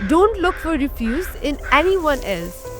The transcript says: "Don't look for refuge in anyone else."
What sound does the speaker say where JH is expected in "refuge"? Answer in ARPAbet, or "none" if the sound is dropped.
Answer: Z